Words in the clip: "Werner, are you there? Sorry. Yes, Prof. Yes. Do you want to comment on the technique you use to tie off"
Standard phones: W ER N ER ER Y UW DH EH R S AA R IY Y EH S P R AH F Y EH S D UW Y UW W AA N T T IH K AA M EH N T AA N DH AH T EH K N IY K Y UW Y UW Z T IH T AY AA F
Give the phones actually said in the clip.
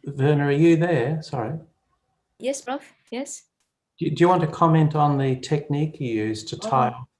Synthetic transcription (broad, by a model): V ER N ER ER Y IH DH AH R S AA R IY Y EH S B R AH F Y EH S D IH Y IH W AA N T T IH K AA M EH N T N DH AH T EH K N IY K Y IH Y UW Z T IH T AY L